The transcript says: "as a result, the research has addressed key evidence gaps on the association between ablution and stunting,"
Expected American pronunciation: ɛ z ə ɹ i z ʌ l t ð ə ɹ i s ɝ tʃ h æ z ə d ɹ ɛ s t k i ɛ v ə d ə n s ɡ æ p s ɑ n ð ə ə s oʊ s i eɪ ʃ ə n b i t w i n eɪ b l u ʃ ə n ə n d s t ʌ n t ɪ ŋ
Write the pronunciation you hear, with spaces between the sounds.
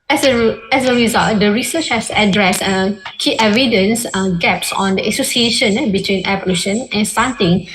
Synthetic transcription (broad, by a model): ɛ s ə ɹ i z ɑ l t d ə ɹ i s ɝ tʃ h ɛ s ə d ɹ ɛ s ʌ k i ɛ v ə d ə n s ɡ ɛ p s ɑ n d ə ə s oʊ s i eɪ ʃ ə n b i t w i n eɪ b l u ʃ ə n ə n s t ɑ n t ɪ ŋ